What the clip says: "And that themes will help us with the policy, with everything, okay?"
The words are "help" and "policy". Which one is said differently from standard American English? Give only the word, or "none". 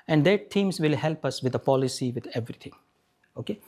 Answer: none